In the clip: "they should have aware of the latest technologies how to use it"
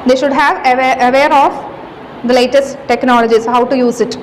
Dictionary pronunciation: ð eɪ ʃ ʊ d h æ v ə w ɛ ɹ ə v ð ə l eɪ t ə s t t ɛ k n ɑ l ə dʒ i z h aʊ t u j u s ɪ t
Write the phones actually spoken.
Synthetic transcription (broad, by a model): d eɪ ʃ ʊ d h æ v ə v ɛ ɹ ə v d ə l eɪ t ə s t t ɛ k n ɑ l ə dʒ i s h aʊ t u j u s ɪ t